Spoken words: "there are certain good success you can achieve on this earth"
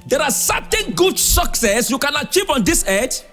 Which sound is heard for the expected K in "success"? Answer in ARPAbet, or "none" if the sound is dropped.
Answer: K